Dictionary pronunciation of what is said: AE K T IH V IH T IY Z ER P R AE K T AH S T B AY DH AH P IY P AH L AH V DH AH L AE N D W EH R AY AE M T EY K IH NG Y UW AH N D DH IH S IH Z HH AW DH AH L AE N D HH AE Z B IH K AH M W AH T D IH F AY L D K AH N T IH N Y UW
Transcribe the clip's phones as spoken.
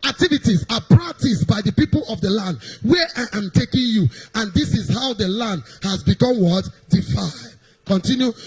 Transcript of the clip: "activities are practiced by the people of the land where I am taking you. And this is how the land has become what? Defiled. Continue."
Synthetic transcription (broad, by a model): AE K T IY V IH T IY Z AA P R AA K T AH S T B AY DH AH P IY P AH L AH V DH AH L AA N D W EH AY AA M T EY K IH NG Y UW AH N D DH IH S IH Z HH AW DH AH L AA N D HH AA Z B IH K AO M W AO T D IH F AY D K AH N T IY N Y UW